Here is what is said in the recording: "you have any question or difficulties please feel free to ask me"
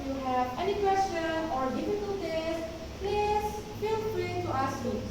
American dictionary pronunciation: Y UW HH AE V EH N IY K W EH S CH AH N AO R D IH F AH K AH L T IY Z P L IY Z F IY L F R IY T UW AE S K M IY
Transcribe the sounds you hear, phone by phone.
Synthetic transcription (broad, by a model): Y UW HH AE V EH N IY K W EH S CH AH N AO R D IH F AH K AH L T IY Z P L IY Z F IY L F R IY T UW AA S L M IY